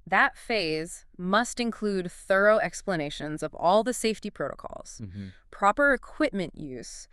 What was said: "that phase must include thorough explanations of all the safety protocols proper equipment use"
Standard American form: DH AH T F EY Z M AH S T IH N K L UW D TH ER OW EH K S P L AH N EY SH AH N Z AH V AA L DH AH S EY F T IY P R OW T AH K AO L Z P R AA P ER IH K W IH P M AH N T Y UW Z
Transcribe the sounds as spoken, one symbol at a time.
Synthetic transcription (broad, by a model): DH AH T F EY Z M AH S T IH N K L UW D TH ER OW EH K S P L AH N EY SH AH N Z AH V AA L DH AH S EY F T IY P R OW T AH K AO L Z P R AA P ER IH K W IH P M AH N T Y UW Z